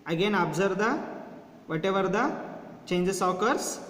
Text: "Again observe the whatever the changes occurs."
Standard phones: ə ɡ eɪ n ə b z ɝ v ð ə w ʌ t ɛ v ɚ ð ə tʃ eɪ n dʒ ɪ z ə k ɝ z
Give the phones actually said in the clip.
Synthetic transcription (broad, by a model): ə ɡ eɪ n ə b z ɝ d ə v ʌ t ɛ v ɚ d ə tʃ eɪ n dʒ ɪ s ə k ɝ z